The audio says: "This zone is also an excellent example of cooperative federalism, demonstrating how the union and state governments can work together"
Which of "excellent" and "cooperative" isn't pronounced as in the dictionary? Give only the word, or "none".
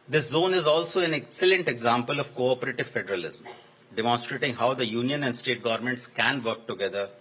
none